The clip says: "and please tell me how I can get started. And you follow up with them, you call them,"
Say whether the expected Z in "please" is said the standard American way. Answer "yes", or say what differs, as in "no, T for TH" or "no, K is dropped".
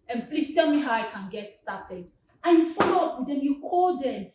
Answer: no, S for Z